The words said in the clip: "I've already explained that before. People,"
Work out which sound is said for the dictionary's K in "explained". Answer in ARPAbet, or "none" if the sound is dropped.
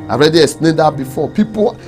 none